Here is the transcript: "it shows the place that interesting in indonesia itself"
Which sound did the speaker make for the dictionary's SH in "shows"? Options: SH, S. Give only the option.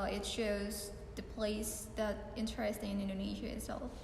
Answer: SH